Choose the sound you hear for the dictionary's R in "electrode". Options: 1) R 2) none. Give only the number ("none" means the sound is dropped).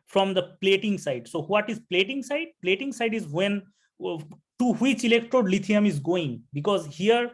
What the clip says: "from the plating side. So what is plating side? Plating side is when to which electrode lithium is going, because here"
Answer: 1